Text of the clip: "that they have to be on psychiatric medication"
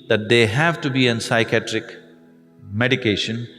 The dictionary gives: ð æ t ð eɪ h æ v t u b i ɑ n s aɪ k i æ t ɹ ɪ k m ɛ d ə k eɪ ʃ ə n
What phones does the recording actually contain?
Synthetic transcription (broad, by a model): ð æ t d eɪ h æ v t u b i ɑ n s aɪ k i æ t ɹ ɪ k m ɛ d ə k eɪ ʃ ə n